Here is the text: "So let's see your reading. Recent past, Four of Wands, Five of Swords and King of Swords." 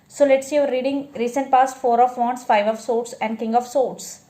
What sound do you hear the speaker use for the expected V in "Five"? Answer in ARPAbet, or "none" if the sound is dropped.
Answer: V